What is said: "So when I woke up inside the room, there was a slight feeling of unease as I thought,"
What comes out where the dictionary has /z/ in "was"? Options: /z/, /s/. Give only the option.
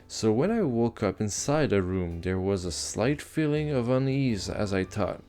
/z/